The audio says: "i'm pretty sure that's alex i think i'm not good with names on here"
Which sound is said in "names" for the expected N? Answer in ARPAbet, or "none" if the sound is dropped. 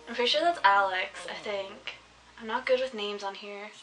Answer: N